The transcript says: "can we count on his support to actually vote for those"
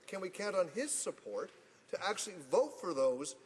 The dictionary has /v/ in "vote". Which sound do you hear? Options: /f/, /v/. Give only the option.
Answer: /v/